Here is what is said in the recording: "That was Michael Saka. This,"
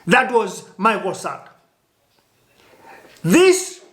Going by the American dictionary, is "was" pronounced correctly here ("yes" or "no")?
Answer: yes